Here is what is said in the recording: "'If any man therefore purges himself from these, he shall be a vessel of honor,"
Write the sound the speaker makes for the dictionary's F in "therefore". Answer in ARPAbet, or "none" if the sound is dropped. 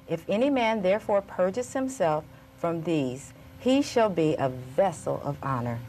F